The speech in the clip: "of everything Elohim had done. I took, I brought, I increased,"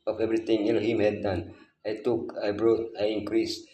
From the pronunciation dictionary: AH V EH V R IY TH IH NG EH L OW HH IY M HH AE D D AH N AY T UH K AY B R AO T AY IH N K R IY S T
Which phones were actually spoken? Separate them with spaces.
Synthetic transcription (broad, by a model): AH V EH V R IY T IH NG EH N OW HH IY M HH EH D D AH N AY T UH K AY B R AO T AY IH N K R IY S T